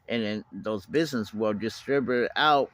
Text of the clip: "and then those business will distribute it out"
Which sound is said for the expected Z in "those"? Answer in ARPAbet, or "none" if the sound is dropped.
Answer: Z